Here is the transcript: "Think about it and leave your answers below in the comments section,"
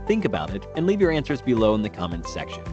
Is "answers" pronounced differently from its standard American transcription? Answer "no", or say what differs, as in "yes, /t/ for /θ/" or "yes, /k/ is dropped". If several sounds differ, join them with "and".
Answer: no